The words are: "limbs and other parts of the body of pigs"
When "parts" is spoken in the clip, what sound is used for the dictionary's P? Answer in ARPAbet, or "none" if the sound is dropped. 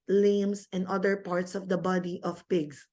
P